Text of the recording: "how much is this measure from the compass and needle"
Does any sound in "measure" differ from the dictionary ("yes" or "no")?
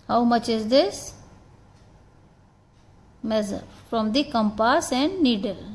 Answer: yes